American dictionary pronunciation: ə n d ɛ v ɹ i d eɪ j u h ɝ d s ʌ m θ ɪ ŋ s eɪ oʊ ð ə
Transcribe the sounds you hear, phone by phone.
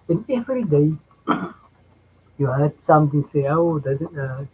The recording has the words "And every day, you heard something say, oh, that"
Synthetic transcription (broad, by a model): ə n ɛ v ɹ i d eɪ j u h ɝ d s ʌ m t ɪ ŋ s eɪ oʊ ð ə